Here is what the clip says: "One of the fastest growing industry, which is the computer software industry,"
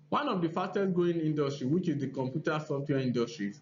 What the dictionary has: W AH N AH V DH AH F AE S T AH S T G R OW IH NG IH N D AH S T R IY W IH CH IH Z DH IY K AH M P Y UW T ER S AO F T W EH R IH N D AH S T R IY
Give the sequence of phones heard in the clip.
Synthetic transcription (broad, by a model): W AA N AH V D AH F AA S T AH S G OW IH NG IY N D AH S T R IY W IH CH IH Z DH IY K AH M P Y UW T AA S AO F T W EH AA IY N D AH S T R IY